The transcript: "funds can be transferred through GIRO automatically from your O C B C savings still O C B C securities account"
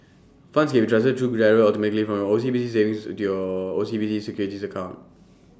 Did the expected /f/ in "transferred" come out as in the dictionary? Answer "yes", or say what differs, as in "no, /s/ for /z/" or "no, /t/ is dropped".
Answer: no, /f/ is dropped